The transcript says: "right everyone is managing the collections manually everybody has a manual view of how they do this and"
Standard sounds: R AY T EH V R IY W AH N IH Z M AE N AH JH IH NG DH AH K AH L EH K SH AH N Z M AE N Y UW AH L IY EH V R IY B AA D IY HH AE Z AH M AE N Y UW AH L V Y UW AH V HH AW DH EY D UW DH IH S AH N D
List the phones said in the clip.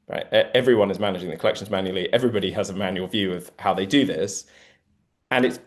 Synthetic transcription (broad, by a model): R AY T EH V R IY W AH N IH Z M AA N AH JH IH NG DH AH K AH L EH K SH AH N Z M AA N Y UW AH L IY EH V R IY B AA D IY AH Z AH M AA N Y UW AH L V Y UW AH V HH AW DH EY D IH DH IH S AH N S